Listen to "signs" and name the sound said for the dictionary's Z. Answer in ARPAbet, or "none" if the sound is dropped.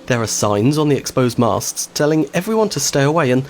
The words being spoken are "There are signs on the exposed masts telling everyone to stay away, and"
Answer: Z